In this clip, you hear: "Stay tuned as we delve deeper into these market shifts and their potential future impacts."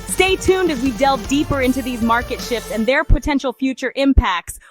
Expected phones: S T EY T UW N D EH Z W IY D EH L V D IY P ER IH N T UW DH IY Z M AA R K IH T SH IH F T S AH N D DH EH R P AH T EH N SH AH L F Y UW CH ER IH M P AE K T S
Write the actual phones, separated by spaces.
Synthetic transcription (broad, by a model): S T EY T UW N D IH Z W IY D EH L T D IY P ER IH N T UW DH IY Z M AA R K IH T SH IH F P S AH N DH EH R P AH T EH N SH L F Y UW CH ER IH M P AE K T S